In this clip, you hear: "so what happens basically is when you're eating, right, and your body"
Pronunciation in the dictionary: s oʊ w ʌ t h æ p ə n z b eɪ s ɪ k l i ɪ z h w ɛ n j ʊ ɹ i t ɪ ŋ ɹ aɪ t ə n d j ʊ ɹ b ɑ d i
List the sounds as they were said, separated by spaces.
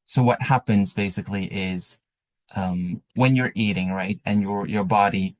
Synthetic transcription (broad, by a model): s oʊ w ʌ t h æ p ə n z b eɪ s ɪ k l i ɪ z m w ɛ n j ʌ ɹ i t ɪ ŋ ɹ aɪ t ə n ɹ j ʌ ɹ b ɑ d i